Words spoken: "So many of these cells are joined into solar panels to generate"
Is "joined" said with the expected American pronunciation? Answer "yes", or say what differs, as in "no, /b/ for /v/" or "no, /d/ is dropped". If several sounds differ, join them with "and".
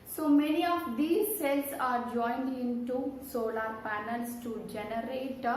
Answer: yes